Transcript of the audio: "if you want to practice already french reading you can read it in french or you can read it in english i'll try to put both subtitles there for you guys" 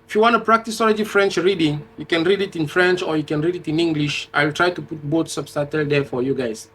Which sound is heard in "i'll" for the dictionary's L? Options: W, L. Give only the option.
L